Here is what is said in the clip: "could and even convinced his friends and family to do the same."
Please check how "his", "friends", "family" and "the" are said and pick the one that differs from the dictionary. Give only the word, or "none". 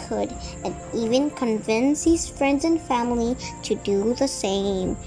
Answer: none